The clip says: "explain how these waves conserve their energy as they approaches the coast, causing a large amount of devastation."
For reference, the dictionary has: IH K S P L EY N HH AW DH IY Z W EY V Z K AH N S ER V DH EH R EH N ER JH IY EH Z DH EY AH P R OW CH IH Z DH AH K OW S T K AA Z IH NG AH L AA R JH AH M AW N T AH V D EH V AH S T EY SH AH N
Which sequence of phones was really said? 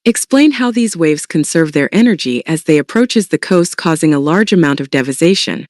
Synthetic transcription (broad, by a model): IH K S P L EY N HH AW DH IY Z W EY V Z K AH N S ER V DH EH R EH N ER JH IY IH Z DH EY AH P R OW CH IH Z DH AH K OW S T K AA Z IH NG AH L AA R JH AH M AW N T AH V D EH V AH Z EY SH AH N